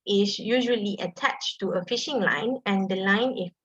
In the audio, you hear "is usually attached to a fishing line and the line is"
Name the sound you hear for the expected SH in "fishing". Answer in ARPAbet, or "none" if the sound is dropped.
SH